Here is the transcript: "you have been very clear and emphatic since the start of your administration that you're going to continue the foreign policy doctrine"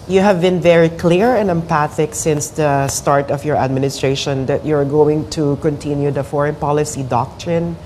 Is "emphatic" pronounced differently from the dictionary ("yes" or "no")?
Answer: yes